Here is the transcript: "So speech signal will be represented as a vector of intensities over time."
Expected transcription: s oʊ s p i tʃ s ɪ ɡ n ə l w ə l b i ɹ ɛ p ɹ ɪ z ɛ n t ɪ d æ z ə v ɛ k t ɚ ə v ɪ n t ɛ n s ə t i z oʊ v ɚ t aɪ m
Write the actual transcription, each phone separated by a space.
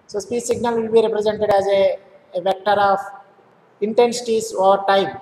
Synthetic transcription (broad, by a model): s oʊ s p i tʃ s ɪ ɡ n ə l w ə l b i ɹ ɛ p ɹ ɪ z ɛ n t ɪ d æ z ə v ɛ k t ɚ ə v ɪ n t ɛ n s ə t i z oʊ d t aɪ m